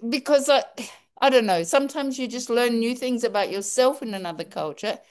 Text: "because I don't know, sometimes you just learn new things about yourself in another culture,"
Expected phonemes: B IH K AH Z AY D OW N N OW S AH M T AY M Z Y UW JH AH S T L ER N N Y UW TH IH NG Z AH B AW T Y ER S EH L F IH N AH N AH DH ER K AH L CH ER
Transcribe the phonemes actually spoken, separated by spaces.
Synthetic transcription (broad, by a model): B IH K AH Z AY D OW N N OW S AH M T AY M Z Y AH JH AH S T L ER N N Y UW TH IH NG Z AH B AW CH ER S EH L F IH N AH N AH DH ER K AH L CH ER